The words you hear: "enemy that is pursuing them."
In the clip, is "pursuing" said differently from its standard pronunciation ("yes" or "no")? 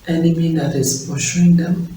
yes